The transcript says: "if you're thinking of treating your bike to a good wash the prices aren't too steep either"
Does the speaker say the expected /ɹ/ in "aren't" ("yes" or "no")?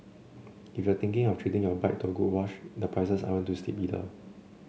no